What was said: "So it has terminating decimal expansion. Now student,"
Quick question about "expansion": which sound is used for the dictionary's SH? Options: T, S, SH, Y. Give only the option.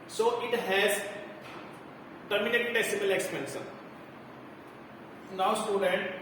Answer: S